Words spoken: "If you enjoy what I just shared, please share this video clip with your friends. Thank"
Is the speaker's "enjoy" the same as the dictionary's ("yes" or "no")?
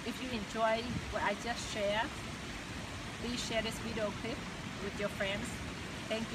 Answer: yes